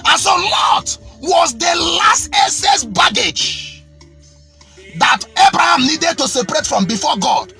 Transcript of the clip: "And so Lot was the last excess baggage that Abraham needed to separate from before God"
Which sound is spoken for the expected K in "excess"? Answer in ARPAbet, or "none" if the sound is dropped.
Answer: none